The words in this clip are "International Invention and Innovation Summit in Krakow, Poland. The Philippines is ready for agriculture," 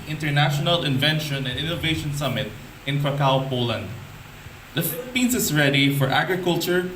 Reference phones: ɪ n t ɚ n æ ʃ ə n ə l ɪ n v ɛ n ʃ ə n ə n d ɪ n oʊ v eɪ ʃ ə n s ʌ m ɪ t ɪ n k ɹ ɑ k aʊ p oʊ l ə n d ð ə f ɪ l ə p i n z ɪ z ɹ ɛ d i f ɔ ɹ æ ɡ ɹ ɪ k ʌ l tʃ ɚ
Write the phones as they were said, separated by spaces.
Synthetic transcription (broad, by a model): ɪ n t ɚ n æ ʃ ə n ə l ɪ n v ɛ n ʃ ə n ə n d ɪ n oʊ v eɪ ʃ ə n s ʌ m ɪ t ɪ n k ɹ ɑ k aʊ p oʊ l ə n d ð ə f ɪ l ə p i n s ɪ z ɹ ɛ d i f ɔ ɹ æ ɡ ɹ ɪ k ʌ l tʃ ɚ